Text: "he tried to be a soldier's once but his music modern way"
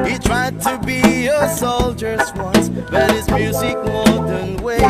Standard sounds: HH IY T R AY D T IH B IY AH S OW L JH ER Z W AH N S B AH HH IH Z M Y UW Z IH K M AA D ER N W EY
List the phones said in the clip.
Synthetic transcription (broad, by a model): HH IY T R AY D T IH B IY AH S OW L JH ER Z W AH N S B AH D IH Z M Y UW Z IH K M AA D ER N W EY